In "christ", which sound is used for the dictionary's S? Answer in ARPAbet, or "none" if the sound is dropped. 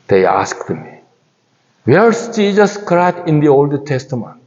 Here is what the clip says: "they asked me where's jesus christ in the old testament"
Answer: none